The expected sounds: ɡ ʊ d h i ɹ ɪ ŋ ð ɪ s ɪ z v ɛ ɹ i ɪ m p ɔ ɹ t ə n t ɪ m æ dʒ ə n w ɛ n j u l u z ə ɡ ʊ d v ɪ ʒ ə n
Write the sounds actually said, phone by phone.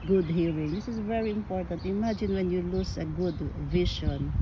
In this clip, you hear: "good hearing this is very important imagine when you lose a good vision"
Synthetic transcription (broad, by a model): ɡ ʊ d h i ɹ ɪ ŋ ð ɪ s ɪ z v ɛ ɹ i ɪ m p ɔ ɹ t ə n t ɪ m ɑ dʒ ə n w ɛ n j u l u s ə ɡ ʊ d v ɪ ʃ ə n